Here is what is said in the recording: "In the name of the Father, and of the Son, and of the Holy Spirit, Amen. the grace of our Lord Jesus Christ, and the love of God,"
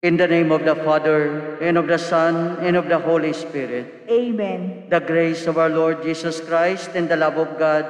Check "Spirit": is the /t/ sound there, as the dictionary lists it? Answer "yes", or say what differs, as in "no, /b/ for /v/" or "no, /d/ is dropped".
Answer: yes